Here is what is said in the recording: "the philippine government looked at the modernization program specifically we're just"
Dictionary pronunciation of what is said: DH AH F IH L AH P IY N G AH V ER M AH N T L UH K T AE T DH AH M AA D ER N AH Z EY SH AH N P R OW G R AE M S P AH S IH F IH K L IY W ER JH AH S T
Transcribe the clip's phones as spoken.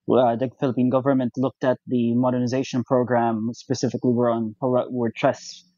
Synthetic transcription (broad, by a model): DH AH F IH L AH P IY N G AH V ER M AH N T L UH K T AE T DH AH M AA D ER N AH Z EY SH AH N P R OW G R AE M S P AH S IH F IH K L IY W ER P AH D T